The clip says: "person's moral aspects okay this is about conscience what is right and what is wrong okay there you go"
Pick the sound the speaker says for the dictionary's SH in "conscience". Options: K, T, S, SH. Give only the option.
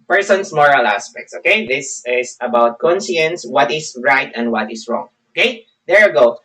S